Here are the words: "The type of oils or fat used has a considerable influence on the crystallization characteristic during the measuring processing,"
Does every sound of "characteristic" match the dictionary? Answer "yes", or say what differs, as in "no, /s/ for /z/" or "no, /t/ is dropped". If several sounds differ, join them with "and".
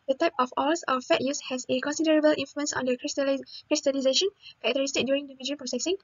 no, /ɹ/ is dropped